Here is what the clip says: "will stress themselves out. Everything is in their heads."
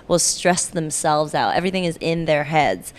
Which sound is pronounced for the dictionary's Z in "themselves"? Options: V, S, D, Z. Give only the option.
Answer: Z